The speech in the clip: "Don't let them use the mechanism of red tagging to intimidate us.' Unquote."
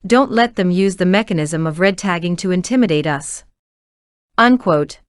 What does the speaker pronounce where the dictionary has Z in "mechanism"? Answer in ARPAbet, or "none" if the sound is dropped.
Z